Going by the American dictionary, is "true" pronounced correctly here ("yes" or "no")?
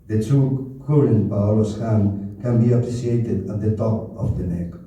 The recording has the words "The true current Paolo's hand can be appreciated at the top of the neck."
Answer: no